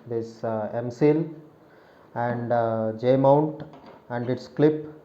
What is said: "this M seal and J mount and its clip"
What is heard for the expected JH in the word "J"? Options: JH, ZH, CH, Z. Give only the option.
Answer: JH